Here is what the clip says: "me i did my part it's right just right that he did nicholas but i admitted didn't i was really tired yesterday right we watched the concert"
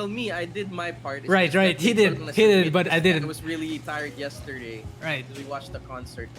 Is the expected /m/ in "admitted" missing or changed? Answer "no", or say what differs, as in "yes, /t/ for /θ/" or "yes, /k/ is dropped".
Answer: yes, /m/ is dropped